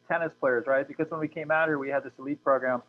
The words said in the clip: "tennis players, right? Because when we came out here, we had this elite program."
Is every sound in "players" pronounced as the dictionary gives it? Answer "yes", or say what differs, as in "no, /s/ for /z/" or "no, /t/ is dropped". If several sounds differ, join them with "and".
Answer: yes